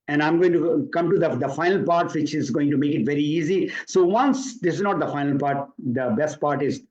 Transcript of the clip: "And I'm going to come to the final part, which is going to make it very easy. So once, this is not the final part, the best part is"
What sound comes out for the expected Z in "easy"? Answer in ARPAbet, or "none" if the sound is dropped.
Z